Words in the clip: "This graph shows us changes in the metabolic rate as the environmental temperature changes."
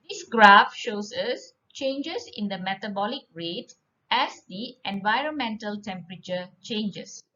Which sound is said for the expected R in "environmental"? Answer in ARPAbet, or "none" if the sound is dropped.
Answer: R